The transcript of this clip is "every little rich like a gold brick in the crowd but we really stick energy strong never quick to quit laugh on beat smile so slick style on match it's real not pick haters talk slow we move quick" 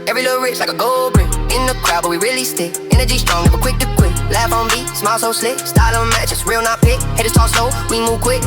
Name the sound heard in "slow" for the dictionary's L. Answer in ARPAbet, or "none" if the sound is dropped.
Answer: none